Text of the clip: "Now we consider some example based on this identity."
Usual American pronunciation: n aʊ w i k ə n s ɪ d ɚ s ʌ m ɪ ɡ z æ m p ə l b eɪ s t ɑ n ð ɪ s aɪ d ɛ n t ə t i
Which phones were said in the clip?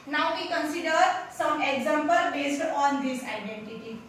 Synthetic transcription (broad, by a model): n aʊ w i k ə n s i d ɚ s ʌ m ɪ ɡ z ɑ m p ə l b eɪ s t ɑ n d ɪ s aɪ d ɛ n t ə t i